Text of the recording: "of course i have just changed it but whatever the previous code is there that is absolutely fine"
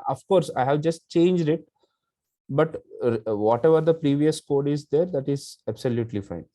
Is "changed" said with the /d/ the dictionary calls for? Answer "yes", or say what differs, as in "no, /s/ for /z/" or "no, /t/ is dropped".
yes